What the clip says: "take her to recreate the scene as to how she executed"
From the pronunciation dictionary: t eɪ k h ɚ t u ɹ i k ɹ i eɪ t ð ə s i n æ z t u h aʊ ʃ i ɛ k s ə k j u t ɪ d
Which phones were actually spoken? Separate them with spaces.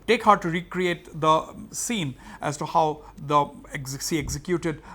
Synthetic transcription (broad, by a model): t eɪ k h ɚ t u ɹ i k ɹ i eɪ t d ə s i n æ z t u h aʊ s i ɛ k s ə k j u t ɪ d